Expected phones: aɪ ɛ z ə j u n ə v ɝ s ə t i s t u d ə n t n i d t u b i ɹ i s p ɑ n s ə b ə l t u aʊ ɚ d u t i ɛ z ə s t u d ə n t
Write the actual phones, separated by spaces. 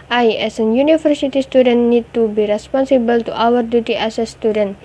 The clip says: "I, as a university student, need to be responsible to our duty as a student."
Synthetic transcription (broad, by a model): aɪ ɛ s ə j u n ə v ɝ s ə t i s t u d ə n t n i d t u b i ɹ i s p ɑ n s ə b ə l t u aʊ ɚ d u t i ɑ s ə s t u d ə n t